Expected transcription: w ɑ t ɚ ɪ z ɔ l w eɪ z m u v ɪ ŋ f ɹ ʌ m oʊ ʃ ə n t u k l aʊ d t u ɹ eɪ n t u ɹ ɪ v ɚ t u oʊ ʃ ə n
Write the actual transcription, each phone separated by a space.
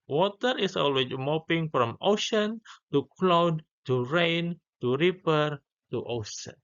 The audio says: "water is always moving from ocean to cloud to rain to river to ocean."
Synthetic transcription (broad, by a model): w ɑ t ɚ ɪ s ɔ l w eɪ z m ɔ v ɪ ŋ f ɹ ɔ m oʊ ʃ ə n t u k l aʊ d t u ɹ eɪ n t u ɹ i p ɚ t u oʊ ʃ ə n